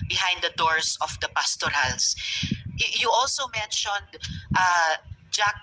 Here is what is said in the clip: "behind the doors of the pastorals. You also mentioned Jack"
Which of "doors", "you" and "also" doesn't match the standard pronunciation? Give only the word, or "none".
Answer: doors